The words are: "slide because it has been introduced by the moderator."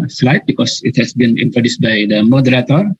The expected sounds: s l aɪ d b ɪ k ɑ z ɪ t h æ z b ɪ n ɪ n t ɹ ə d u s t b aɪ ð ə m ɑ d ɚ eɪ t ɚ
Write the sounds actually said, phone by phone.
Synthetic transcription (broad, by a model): s l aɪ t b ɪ k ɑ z ɪ t h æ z b ɪ n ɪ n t ə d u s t b aɪ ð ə m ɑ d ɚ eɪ t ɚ